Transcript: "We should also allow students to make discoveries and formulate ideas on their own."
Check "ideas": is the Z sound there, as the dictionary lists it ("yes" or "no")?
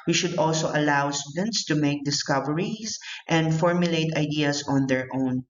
no